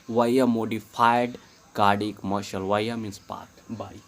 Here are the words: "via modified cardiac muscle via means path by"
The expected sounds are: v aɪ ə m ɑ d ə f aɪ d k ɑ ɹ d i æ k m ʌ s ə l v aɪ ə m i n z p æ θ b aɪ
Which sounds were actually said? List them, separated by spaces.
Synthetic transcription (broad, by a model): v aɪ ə m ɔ d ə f aɪ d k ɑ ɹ d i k m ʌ ʃ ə l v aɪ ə m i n s p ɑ t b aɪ